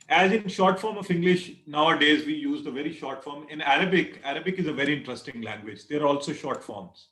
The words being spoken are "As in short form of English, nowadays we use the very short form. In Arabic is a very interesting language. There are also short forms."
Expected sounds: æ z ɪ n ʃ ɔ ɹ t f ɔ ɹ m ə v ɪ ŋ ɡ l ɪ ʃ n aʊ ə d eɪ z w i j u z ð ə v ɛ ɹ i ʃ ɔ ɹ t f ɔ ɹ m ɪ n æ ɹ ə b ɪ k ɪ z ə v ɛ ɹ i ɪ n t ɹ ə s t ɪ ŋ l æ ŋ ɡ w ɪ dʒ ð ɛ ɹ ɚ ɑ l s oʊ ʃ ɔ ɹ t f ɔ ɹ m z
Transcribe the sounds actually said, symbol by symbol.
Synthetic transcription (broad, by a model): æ z ɪ n ʃ ɔ ɹ t f ɔ ɹ m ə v ɪ ŋ ɡ l ɪ ʃ n aʊ ə d eɪ z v i j u z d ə v ɛ ɹ i ʃ ɔ ɹ t f ɔ ɹ m ɪ n æ ɹ ə b ɪ k ɪ z ə v ɛ ɹ i ɪ n t ɹ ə s t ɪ ŋ l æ ŋ ɡ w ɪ dʒ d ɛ ɹ ɑ l s oʊ ʃ ɔ ɹ t f ɔ ɹ m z